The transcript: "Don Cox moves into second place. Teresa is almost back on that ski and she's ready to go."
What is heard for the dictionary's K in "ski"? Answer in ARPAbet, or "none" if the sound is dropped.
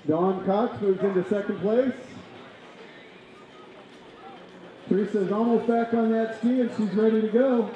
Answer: K